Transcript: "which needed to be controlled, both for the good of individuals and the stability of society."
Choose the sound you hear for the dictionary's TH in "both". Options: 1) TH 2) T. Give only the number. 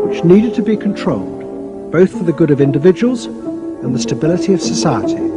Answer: 1